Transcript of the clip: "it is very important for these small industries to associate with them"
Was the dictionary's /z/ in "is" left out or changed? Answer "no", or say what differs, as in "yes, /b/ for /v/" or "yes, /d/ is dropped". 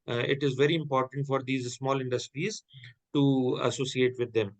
no